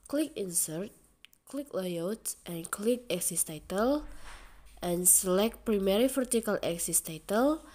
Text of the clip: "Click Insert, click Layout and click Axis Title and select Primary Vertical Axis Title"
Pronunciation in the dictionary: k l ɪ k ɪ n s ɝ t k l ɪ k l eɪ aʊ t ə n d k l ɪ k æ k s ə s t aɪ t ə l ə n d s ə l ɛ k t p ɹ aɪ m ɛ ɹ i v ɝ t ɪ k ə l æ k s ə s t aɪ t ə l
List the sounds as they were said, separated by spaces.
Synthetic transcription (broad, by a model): k l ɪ k ɪ n s ɝ t k l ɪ k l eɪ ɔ t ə n k l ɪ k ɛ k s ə s t aɪ t ə l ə n s ə l ɛ k t p ɹ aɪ m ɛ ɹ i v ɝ t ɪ k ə l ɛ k s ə s t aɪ t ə l